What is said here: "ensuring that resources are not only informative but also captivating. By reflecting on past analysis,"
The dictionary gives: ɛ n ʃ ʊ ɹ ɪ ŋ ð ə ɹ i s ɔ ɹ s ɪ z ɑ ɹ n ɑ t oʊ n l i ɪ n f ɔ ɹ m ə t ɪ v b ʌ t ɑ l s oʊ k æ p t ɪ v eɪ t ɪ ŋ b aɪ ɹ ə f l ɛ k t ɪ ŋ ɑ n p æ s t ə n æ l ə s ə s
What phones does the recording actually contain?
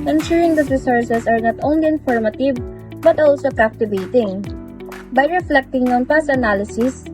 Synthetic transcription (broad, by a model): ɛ n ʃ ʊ ɹ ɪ ŋ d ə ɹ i s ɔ ɹ s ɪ s ɑ ɹ n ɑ t oʊ n l i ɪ n f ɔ ɹ m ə t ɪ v b ʌ t ɑ l s oʊ k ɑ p t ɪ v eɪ t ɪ ŋ b aɪ ɹ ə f l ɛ k t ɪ ŋ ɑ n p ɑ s ə n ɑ l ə s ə s